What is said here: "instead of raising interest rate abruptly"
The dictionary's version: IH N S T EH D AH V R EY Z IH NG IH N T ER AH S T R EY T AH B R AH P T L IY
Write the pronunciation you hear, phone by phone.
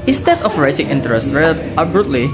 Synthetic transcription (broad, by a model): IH N S T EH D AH F R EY S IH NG IH N T ER AH S T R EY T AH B R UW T L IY